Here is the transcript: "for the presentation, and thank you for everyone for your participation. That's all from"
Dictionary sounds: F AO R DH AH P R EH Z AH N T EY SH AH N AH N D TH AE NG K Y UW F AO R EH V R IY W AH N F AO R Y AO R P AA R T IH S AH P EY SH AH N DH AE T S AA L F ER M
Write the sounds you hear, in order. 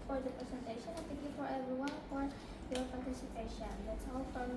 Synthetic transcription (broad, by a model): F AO R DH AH P R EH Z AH N T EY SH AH N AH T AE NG K Y UW F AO R EH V R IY W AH N F AO R Y AO R P AA R T IH S AH P EY SH AH N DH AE T S AA L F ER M